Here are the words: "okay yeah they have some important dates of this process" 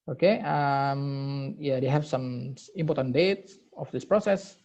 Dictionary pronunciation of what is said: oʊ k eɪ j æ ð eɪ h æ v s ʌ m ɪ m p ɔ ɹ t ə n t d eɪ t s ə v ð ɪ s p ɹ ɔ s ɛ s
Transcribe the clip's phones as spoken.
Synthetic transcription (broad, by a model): oʊ k eɪ j æ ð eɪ h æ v s ʌ m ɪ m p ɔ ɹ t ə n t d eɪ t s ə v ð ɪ s p ɹ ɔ s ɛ s